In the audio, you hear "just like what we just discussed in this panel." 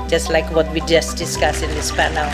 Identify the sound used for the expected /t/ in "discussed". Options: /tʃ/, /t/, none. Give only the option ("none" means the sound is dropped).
none